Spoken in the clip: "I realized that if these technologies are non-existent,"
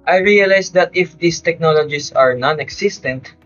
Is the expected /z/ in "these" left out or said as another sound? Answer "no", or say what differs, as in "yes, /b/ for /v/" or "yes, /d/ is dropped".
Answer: yes, /s/ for /z/